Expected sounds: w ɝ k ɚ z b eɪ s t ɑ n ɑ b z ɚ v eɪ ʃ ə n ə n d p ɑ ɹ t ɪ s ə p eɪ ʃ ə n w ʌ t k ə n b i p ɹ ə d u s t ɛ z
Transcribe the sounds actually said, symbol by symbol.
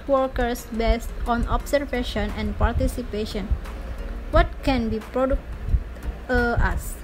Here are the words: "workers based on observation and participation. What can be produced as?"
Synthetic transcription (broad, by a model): w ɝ k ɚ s b eɪ s t ɑ n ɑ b s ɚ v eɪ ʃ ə n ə n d p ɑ ɹ t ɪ s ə p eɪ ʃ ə n w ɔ t k ə n b i p ɹ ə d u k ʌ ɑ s